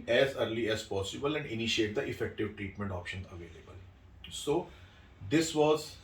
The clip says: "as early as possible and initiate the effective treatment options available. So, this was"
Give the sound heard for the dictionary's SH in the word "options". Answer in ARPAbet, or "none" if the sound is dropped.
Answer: SH